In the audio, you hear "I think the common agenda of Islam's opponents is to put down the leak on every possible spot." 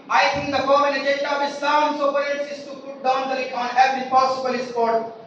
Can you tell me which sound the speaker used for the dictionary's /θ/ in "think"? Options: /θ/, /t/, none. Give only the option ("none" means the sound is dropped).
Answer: /t/